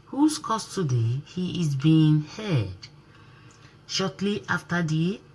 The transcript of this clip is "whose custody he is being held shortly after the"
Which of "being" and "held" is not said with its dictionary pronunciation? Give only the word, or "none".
held